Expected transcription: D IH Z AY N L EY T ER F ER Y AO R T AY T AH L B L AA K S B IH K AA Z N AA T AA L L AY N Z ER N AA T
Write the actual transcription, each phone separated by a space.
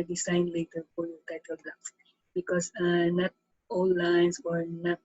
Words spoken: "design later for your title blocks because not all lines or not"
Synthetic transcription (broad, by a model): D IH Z AY N L EY T ER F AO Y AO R T AY T AH L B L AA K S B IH K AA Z N AA T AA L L AY N S ER N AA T